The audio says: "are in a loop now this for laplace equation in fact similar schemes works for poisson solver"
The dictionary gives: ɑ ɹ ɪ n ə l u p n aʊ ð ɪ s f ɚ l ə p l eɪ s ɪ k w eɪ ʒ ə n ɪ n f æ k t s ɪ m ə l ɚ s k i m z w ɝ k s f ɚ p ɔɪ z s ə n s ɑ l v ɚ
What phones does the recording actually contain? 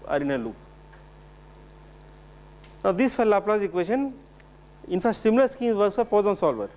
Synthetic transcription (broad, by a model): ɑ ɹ ɪ n ə l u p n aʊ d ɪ s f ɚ l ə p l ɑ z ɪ k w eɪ ʃ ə n ɪ n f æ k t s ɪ m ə l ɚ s k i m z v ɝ s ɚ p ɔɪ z ə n s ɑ l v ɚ